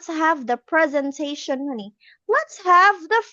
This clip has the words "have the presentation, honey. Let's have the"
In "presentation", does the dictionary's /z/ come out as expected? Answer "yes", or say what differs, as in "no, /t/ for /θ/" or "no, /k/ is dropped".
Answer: yes